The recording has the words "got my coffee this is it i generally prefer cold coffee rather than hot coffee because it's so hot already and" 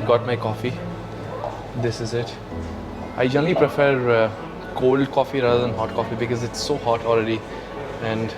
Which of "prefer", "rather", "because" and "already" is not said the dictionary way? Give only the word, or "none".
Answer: rather